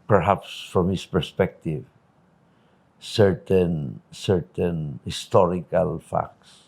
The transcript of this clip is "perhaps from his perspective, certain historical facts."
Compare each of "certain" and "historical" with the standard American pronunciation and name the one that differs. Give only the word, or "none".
none